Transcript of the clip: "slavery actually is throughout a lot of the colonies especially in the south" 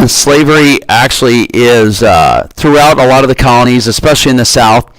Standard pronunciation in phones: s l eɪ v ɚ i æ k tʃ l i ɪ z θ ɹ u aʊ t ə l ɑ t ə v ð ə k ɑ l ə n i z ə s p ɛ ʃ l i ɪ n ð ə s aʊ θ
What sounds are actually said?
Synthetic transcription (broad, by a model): s l eɪ v ɚ i æ k tʃ l i ɪ z θ ɹ u aʊ t ə l ɑ t ə v ð ə k ɑ l ə n i z ə s p ɛ ʃ l i ɪ n ð ə s aʊ θ